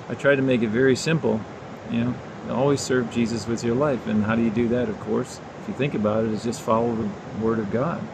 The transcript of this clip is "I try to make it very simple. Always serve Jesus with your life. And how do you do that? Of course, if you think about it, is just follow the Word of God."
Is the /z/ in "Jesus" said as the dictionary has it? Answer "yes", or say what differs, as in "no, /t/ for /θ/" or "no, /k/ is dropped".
yes